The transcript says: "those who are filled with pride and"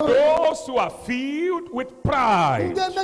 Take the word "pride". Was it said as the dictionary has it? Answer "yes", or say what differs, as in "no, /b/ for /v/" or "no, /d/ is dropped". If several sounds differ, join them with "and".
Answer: no, /d/ is dropped